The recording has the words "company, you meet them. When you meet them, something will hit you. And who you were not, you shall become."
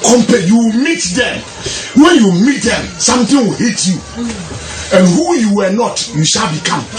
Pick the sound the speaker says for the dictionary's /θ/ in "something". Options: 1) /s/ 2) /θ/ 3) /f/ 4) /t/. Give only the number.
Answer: 4